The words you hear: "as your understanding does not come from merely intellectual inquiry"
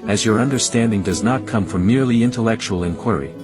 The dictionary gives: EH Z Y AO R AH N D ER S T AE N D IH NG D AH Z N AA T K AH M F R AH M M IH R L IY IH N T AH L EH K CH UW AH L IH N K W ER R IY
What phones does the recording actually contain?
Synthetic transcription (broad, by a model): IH Z Y AO R AH N D ER S T AE N D IH NG D AH Z N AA T K AH M F R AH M M IH R L IY IH N T AH L EH K CH UW AH L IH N K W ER R IY